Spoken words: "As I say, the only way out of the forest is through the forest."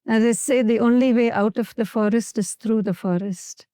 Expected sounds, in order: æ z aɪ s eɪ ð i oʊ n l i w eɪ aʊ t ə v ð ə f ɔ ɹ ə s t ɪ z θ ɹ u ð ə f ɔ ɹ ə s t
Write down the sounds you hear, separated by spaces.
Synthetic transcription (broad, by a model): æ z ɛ s eɪ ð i oʊ n l i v eɪ aʊ t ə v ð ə f ɔ ɹ ə s t ɪ z t ɹ u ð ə f ɔ ɹ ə s t